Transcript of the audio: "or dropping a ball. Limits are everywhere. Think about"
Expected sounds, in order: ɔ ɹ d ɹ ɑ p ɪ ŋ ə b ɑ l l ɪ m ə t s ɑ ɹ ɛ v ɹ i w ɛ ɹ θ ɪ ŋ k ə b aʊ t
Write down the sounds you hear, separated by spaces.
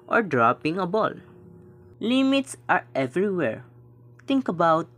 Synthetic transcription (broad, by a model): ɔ ɹ d ɹ ɑ p ɪ ŋ ə b ɑ l l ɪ m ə t s ɑ ɹ ɛ v ɹ i w ɛ ɹ t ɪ ŋ k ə b aʊ t